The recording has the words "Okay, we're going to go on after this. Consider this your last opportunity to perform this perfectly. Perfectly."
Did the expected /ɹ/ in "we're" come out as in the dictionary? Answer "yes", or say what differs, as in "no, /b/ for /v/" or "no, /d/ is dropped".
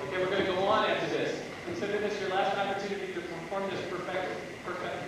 yes